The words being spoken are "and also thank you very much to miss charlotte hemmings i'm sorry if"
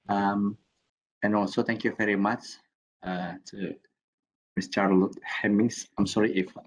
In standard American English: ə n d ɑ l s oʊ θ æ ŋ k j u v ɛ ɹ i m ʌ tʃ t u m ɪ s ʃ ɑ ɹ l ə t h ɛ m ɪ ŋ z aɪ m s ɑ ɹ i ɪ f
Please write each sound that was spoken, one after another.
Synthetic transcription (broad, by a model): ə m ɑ n s oʊ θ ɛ ŋ k j u v ɛ ɹ i m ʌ tʃ t u m ɪ s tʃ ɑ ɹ l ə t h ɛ m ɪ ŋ s aɪ m s ɑ ɹ i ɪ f